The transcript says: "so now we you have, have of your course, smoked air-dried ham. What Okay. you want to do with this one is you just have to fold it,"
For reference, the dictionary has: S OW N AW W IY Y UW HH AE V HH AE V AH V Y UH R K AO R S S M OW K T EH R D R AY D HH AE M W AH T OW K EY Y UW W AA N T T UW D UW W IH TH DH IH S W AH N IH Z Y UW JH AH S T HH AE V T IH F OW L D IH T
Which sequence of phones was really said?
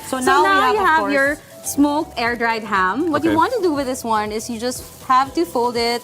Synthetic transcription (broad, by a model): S OW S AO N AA Y UW HH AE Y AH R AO R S S M OW K EH R D R AY D HH AE M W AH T Y UW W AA N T T UW D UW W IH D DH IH S W AH N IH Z Y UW JH AH S T HH AE V T IH F OW L D IH T